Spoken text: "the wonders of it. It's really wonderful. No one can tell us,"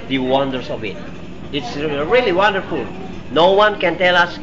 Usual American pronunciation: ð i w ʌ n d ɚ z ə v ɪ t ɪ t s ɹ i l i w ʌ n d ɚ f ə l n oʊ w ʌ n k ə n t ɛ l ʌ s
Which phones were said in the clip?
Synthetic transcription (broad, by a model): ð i w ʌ n d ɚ s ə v ɪ t ɪ t s ɹ i l i w ʌ n d ɚ f ə l n oʊ w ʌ n k ə n t ɛ l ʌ s